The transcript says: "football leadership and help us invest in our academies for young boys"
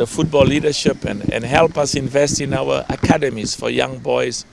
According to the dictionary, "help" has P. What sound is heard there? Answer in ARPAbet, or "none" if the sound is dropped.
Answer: P